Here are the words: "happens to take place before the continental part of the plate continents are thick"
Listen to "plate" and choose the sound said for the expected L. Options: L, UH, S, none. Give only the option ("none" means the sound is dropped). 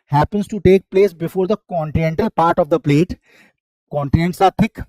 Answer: L